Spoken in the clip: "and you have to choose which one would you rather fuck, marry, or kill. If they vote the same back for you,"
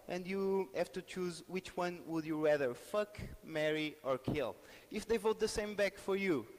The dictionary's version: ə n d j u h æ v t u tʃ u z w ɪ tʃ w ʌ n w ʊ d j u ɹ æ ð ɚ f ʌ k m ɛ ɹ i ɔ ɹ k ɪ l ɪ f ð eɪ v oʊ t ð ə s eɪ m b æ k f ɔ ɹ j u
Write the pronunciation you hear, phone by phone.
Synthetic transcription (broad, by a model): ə n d j u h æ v t u tʃ u z w ɪ tʃ w ʌ n w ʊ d j u ɹ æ ð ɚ f ʌ k m ɛ ɹ i ɔ ɹ k ɪ l ɪ f ð eɪ v oʊ t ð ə s eɪ m b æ k f ɔ ɹ j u